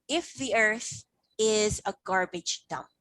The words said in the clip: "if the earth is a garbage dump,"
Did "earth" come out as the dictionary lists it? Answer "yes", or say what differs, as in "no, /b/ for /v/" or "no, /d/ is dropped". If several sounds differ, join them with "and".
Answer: yes